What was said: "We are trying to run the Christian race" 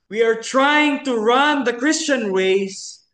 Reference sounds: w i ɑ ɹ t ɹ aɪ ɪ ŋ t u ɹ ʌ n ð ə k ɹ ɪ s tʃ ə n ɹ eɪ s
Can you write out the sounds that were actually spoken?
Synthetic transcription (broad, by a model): w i ɑ ɹ t ɹ aɪ ɪ ŋ t u ɹ ʌ n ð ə k ɹ ɪ s tʃ ə n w eɪ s